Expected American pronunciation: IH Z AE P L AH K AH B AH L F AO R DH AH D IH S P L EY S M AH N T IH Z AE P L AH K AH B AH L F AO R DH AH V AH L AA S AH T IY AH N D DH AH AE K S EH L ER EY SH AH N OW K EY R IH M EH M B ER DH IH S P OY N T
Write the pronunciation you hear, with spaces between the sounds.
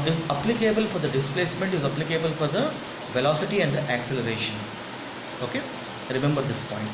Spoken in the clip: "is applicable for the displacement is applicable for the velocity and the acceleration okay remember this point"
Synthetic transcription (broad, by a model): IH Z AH P L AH K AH B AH L F AO R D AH D IH S P L EY S M AH N T IH Z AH P L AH K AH B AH L F AO R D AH V AH L AA S AH T IY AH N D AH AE K S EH L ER EY SH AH N OW K EY R IH M EH M B ER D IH S P OY N T